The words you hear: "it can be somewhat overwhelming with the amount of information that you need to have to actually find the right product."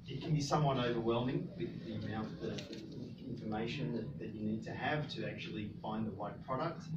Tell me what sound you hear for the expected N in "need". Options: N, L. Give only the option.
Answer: N